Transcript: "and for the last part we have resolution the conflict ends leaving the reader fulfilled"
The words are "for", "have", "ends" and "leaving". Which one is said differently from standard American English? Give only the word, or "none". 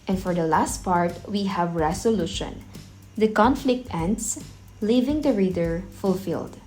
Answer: ends